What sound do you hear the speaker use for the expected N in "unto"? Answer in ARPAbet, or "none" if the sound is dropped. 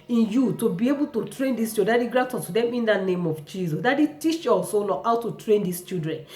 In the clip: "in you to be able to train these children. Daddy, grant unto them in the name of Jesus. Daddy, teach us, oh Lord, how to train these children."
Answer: none